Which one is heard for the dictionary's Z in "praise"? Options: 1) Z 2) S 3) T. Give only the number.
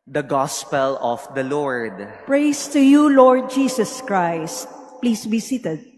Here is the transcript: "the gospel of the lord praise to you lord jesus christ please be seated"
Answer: 2